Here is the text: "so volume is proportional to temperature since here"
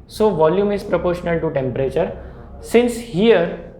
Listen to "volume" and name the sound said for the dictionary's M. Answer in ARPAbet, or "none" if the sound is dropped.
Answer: M